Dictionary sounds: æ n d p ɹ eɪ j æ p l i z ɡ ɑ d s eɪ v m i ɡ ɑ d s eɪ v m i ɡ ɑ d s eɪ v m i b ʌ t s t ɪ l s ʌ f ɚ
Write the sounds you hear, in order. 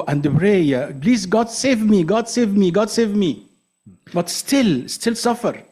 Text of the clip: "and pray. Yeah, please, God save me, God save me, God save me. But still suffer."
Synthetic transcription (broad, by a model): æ n d b ɹ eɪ j æ b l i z ɡ ɑ d s eɪ v m i ɡ ɑ d s eɪ v m i ɡ ɑ d s eɪ v m i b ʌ t s t ɪ l s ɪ f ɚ